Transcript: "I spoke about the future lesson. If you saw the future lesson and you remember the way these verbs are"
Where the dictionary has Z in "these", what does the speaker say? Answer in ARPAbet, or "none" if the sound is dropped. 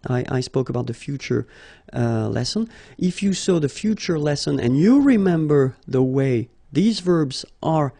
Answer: Z